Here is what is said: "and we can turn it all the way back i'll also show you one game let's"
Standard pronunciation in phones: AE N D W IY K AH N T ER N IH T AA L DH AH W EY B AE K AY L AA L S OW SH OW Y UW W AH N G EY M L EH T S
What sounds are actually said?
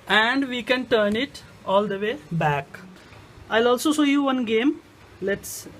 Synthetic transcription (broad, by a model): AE N D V IY K AH N T ER N IH T AA L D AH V EY B AE K AY L AA L S OW S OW Y UW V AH N G EY M L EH T S